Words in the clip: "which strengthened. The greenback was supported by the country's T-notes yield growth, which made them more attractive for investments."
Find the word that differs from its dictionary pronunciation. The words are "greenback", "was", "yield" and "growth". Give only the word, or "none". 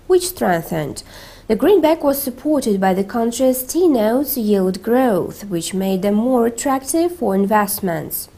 none